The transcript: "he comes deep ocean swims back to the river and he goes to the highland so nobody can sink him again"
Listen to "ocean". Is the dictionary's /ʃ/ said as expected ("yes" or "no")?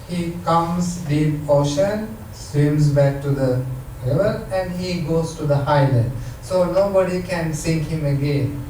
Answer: yes